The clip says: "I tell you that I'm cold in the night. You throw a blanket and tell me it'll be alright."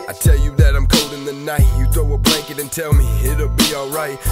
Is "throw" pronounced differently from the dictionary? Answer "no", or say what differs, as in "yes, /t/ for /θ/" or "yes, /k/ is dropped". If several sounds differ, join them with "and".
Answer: yes, /ɹ/ is dropped